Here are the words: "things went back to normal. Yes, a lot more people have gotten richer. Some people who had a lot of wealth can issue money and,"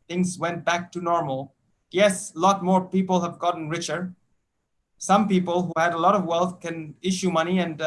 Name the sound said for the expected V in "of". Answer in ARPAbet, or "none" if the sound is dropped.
V